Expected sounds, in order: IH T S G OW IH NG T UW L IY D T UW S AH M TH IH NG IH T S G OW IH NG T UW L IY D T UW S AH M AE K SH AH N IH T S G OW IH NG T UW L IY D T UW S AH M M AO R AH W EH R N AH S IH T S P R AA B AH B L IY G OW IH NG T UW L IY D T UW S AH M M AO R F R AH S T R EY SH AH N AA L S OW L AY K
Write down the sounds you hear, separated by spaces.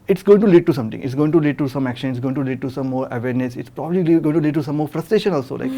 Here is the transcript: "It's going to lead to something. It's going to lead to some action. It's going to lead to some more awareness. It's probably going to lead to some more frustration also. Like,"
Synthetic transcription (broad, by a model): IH T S G OW IH NG T UW L IY D T UW S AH M T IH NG IH T S G OW IH NG T UW L IY D T UW S AH M AE K SH AH N IH T S G OW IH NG T UW L IY D T UW S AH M M AO R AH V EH R N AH S IH T S P R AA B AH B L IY G OW IH NG T UW L IY D T UW S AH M M AO R F R AH S T R EY SH AH N AA L S OW L AY K